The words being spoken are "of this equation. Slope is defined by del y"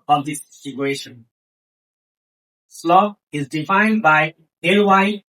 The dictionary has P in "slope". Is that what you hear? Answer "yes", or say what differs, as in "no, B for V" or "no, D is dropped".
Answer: no, P is dropped